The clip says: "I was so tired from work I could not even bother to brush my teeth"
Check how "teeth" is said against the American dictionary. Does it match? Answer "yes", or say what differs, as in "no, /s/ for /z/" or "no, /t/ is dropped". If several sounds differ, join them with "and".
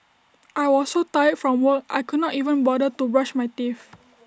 no, /f/ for /θ/